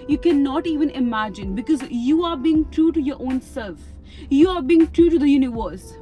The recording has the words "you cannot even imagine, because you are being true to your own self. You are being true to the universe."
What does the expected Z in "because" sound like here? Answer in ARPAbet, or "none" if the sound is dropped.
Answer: Z